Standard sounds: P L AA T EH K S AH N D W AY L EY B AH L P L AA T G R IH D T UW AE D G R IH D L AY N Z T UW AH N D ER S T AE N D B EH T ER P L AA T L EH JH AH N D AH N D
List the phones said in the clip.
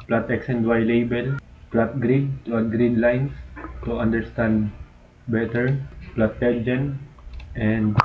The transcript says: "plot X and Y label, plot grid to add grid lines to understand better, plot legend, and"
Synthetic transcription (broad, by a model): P L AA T EH K S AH N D W AY L EY B AH L P L AA T G R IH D T UW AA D G R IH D L AY N S T UW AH N D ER S T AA N D B EH T ER P L AA T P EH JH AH N AH N D